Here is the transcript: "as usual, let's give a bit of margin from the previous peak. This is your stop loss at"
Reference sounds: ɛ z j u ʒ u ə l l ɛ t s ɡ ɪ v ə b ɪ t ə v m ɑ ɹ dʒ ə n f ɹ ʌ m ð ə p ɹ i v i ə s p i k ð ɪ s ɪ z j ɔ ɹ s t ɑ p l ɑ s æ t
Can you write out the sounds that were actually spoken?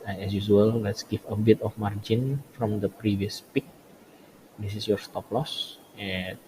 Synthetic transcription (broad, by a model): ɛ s j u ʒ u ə l l ɛ t s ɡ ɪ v ə b ɪ t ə f m ɑ ɹ dʒ ə n f ɹ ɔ m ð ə p ɹ i v i ə s p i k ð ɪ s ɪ s j ɔ ɹ s t ɑ p l ɑ s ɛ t